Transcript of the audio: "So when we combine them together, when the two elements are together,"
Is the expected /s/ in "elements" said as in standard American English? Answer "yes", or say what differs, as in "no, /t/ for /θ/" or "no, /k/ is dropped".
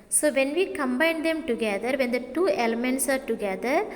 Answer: yes